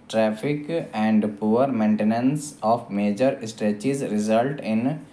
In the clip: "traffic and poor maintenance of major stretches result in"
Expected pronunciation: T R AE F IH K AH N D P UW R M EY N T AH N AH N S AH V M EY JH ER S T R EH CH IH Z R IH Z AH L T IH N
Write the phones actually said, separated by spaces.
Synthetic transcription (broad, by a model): T R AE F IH K AH N D P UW R M EY N T AH N AH N S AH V M EY JH ER S T EH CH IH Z R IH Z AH L T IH N